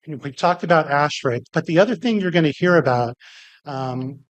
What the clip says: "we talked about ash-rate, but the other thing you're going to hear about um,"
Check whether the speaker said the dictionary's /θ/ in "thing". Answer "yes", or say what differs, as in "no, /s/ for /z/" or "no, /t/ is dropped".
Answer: yes